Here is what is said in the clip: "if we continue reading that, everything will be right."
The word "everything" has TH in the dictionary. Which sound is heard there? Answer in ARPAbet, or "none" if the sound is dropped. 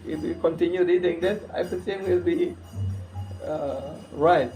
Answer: S